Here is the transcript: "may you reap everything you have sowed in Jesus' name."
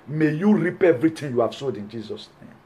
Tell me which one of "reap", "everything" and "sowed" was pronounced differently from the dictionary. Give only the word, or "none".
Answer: everything